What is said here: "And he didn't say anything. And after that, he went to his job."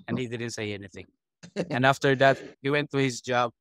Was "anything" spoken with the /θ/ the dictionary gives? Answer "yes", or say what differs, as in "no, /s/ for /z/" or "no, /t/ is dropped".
yes